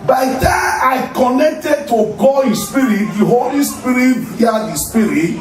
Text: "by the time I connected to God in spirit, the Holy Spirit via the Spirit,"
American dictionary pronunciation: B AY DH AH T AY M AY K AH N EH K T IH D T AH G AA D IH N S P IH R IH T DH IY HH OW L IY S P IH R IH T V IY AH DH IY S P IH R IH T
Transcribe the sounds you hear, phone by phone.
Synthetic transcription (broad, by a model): B AY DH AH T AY AY K AH N EH K T IH D T AH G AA IH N S P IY R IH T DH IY HH OW L IY S P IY R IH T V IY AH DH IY S P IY R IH T